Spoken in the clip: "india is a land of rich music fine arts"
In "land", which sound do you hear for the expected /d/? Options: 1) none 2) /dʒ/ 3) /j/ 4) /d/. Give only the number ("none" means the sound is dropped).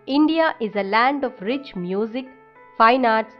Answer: 4